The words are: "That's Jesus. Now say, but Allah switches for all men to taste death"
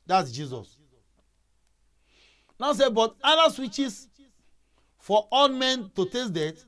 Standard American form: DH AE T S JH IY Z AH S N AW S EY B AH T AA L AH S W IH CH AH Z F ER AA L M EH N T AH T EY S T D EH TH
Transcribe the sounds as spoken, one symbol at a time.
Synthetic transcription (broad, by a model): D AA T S JH IY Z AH S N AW S EY B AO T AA N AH S W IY CH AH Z F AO AA L M EH N T AH T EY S D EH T